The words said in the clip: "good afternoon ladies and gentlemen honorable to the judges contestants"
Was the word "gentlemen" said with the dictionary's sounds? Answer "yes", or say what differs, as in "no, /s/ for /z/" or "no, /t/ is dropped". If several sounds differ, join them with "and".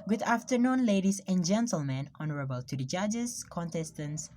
yes